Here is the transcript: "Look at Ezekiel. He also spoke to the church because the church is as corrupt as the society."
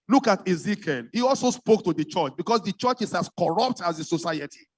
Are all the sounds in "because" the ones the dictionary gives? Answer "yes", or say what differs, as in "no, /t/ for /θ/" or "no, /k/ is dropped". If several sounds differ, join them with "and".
no, /s/ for /z/